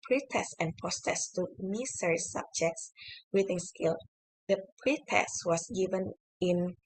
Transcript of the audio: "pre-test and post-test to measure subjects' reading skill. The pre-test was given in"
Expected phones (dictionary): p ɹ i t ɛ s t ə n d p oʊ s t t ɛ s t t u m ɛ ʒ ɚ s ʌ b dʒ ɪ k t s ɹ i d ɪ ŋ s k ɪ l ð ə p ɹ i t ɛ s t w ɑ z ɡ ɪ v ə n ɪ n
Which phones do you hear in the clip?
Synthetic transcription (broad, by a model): p ɹ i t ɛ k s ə n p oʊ s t t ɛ s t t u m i s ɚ s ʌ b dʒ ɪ k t s w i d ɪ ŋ s k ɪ l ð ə p ɹ i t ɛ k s w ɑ s ɡ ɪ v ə n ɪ n